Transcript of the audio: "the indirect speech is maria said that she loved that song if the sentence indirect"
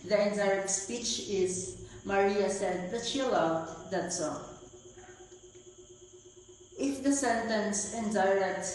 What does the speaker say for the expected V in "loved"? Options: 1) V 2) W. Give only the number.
2